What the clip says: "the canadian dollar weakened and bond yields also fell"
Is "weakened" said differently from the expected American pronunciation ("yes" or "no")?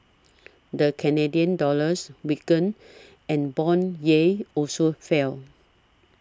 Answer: yes